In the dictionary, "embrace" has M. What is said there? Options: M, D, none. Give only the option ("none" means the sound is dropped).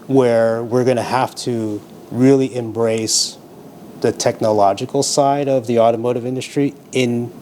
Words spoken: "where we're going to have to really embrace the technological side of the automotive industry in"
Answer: M